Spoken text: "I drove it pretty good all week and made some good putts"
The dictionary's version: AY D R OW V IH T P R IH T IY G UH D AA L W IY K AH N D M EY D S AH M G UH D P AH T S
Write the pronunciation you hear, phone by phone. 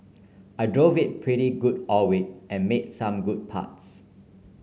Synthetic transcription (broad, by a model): AY D R OW V IH T P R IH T IY G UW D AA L W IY AH N M EY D S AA M G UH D P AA T S